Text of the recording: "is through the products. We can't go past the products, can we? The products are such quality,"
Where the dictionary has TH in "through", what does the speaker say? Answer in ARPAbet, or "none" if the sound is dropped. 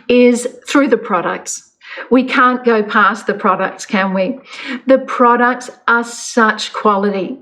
TH